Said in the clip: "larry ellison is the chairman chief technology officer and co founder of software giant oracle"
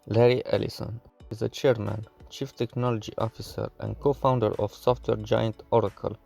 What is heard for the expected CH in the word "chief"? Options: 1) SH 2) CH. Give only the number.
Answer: 2